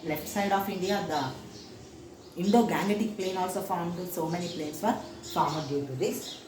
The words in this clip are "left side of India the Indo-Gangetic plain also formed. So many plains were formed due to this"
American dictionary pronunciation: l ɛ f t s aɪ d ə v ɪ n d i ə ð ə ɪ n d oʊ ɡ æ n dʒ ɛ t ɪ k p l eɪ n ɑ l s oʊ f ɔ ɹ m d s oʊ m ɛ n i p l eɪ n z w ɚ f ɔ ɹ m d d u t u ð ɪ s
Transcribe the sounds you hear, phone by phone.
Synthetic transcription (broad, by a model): l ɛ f t s aɪ d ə f ɪ n d i ə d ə ɪ n d oʊ ɡ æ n ɛ t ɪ k p l eɪ n ɑ l s oʊ f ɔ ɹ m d s oʊ m ɛ n i p l eɪ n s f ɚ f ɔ ɹ m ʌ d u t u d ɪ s